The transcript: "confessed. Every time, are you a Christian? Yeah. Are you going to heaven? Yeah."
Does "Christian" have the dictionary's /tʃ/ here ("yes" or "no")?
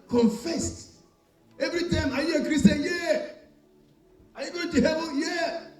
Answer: no